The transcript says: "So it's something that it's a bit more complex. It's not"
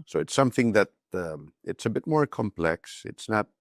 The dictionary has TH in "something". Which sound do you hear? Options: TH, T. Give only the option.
TH